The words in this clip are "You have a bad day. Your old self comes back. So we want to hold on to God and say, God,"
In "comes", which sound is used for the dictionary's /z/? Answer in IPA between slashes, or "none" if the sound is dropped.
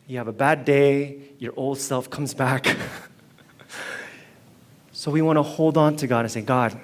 /z/